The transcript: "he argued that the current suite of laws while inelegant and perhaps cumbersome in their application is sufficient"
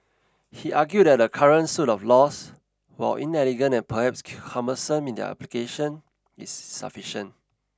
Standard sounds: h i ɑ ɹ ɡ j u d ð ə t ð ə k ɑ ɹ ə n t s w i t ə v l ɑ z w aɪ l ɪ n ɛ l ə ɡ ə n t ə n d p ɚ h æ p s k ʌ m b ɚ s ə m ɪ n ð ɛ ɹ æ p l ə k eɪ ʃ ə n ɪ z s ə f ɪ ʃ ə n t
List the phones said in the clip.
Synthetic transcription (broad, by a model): h i ɑ ɡ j u d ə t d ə k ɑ ɹ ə n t s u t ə f l ɑ s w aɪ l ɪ n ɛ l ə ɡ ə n ə n p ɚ h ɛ p s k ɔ m ɚ s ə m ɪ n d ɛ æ p l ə k eɪ ʃ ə n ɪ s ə f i ʃ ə n t